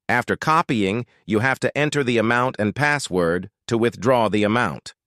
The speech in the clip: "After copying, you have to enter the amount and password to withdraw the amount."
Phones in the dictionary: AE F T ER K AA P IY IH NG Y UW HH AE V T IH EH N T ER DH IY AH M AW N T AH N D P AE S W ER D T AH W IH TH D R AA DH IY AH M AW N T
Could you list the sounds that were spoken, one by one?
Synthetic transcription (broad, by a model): AE F T ER K AA P IY IH NG Y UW HH AE F T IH EH N T ER DH IY AH M AW N T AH N P AE S W ER D T AH W IH TH D R AA DH IY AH M AW N T